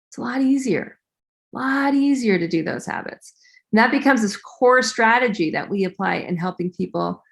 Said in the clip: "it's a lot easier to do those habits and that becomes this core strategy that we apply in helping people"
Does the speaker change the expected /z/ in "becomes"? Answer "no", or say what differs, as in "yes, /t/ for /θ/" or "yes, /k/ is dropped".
no